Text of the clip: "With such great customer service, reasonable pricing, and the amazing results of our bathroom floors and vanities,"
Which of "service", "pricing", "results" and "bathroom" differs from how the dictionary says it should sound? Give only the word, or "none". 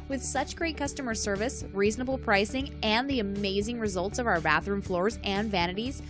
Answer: none